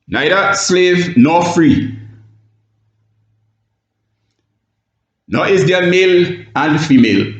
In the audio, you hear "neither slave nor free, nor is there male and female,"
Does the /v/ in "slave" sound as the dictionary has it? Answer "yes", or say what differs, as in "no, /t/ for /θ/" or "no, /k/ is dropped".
yes